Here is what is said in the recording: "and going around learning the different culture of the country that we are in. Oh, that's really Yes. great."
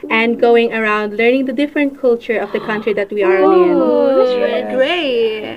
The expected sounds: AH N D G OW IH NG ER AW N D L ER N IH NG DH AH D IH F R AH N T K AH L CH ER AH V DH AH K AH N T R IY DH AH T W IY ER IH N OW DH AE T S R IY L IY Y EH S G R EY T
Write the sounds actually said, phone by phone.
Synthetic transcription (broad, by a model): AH N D G OW IH NG ER AW N D L ER N IH NG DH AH D IH F R AH N T K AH L CH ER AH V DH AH K AH N T R IY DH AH T W IY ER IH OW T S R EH G R EY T